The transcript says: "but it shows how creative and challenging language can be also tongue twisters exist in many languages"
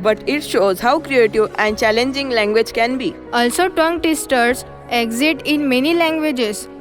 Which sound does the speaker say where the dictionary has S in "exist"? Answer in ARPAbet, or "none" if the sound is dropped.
none